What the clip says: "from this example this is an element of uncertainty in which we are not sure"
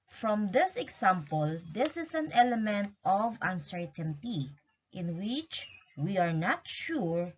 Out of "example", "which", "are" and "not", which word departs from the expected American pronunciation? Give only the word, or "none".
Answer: example